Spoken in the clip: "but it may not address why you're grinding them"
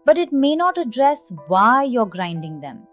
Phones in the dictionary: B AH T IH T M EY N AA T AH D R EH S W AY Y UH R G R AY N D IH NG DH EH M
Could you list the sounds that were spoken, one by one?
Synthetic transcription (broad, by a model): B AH T IH T M EY N AA T AH D R EH S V AY Y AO R G R AY N D IH NG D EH M